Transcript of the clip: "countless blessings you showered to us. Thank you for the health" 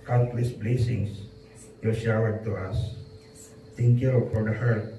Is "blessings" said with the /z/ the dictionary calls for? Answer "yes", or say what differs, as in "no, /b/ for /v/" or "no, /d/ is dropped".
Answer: no, /s/ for /z/